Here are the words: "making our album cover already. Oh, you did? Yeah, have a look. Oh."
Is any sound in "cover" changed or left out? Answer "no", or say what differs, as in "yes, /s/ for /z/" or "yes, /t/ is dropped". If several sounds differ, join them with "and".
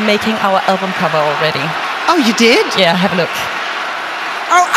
yes, /b/ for /v/